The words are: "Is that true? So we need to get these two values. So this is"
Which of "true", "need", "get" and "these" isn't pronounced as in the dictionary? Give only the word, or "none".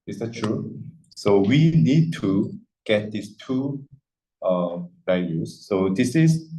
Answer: these